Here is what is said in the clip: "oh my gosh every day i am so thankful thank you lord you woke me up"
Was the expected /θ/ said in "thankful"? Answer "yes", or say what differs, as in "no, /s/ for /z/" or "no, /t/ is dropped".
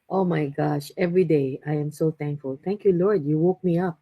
no, /t/ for /θ/